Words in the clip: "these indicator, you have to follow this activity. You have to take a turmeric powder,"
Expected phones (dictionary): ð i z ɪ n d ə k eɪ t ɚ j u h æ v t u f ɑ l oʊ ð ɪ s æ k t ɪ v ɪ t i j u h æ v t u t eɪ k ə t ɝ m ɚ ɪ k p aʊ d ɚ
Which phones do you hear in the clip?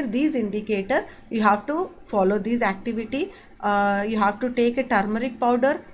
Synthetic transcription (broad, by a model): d i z ɪ n d ə k eɪ t ɚ j u h æ v t u f ɑ l oʊ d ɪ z æ k t ɪ v ɪ t i j u h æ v t u t eɪ k ə t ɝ m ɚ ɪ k p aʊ d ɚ